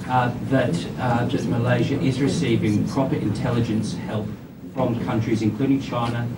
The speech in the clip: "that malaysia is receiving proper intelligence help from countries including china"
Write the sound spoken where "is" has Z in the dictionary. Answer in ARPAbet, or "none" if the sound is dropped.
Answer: Z